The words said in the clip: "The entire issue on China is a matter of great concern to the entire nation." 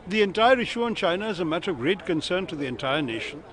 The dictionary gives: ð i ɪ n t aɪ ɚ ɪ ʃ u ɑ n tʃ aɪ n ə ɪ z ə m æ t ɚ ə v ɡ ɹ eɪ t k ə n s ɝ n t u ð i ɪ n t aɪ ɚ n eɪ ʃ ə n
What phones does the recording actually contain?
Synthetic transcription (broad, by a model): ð i ɪ n t aɪ ɚ ɪ ʃ u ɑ n tʃ aɪ n ə ɪ z ə m æ t ɚ ə v ɡ ɹ eɪ t k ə n s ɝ n t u ð i ɪ n t aɪ ɚ n eɪ ʃ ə n